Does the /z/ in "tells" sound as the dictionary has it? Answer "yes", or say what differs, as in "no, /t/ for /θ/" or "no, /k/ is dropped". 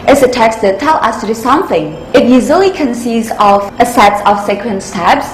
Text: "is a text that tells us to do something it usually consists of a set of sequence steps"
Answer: no, /z/ is dropped